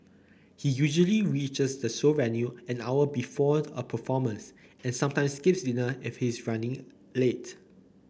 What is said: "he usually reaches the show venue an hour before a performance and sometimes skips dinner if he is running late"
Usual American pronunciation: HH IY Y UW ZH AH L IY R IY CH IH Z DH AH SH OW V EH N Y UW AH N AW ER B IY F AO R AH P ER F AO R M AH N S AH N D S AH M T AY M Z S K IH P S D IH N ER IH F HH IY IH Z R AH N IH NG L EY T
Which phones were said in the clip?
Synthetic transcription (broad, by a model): HH IY Y UW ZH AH L IY R IY CH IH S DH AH S OW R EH N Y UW AH N AW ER B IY F AO AH P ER F AO M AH N S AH N S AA M T AY M S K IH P S D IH N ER IH F HH IY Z R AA N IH NG L EY T